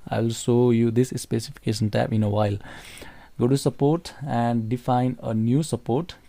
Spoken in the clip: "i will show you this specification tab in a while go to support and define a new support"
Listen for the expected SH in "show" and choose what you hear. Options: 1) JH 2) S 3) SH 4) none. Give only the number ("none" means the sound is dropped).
2